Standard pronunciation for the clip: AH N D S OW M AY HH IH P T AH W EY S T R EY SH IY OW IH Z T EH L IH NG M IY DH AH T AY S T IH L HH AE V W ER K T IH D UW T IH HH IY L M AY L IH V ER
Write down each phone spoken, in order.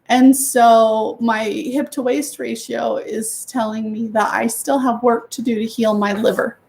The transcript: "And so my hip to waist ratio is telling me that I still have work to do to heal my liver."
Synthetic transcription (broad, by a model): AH N S OW M AY HH IH P T AH W EY S T R EY SH IY OW IH Z T EH L IH NG M IY DH AH T AY S T IH L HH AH V W ER K T IH D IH T IH HH IY L M AY L IH V ER